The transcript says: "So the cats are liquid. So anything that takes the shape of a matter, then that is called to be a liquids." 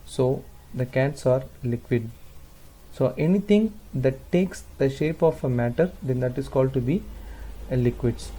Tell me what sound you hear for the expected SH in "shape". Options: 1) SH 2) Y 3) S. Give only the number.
1